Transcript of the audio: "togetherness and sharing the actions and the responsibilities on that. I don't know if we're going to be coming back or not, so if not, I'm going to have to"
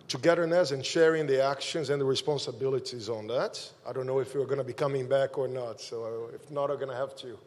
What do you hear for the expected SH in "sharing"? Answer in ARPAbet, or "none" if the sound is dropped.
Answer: SH